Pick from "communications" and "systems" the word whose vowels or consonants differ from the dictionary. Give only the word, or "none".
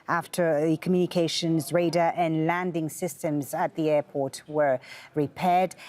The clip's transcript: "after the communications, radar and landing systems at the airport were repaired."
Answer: none